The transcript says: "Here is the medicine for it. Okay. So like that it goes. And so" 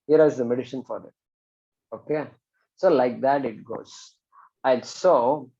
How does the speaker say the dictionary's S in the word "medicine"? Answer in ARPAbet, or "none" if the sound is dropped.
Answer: SH